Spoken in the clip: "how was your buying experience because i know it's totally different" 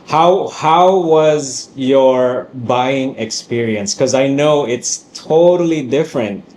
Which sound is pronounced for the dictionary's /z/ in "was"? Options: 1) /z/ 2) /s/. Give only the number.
1